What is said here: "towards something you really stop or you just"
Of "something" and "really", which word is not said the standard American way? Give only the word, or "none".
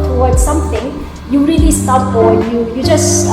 something